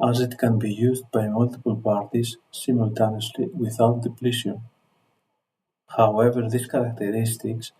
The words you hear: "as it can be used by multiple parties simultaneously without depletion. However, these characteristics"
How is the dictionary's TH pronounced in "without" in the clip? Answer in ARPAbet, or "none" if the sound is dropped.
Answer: TH